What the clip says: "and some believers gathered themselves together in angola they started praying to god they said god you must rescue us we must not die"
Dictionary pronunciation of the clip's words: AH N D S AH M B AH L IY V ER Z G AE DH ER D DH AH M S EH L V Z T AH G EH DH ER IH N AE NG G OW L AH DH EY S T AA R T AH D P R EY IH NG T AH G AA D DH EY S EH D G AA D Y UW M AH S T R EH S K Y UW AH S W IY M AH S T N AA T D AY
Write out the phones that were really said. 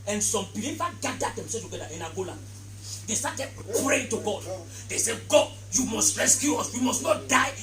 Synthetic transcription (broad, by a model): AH N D S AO M B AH L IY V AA G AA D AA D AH M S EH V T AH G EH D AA IH N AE G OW L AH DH EY S T AA T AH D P R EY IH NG T AH G AA D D EY S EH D G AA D Y UW M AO S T R EH S K Y UW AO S W IY M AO S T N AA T D AY